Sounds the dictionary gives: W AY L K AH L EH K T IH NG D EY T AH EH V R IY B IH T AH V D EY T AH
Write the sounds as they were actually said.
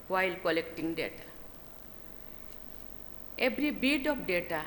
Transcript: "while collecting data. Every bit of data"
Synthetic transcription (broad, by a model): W AY L K AH L EH K T IH NG D EY T AH EH B R IY B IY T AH P D EY T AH